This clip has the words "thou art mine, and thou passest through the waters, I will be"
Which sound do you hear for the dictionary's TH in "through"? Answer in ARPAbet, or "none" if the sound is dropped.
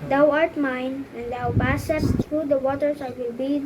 S